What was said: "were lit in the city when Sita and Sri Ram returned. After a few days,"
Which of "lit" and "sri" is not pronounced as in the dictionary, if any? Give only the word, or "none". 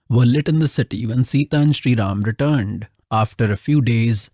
none